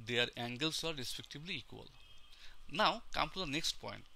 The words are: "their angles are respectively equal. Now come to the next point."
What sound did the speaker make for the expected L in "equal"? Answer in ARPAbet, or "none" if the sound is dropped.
L